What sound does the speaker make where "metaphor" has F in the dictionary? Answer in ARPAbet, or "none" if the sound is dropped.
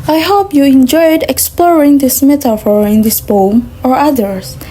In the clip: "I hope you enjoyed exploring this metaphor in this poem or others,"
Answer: F